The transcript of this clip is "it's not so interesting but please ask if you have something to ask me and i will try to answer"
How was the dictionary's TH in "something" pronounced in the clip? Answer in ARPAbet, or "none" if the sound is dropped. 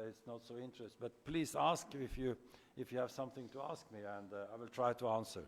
TH